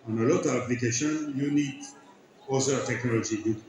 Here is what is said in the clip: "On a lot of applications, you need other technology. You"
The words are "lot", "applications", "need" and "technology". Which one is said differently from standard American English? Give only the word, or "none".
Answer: applications